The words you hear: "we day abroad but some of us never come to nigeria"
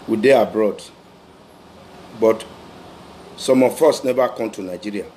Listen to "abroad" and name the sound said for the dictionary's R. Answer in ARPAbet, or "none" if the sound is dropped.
R